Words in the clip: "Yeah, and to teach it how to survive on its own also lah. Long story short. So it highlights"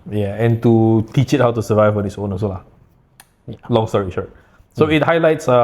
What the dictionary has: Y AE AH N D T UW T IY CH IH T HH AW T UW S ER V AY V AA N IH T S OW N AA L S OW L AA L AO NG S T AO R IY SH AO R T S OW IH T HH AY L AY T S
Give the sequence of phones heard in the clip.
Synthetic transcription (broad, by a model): Y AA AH N T UW T IY CH IH T HH AW T UW S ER V AY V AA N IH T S OW N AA S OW L AA L AO NG S T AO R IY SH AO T S OW IH T HH AY L AY T S